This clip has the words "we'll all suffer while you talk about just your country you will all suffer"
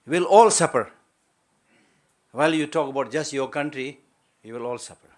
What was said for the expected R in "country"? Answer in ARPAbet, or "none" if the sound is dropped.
R